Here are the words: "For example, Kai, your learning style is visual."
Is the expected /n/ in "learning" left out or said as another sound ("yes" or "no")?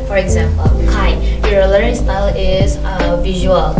yes